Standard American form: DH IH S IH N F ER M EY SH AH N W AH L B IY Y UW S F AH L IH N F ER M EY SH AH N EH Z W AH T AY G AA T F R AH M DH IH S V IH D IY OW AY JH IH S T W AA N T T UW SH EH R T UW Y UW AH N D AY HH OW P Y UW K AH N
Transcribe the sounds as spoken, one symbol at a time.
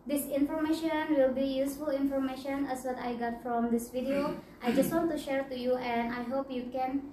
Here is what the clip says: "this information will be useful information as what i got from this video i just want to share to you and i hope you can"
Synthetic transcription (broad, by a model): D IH S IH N F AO M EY SH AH N W AH L B IY Y UW S F AH L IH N F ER M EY SH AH N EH S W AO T AY G AA T F R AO M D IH S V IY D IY OW AY JH IH S T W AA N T T UW SH EH R T UW Y UW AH N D AY HH OW P Y UW K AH N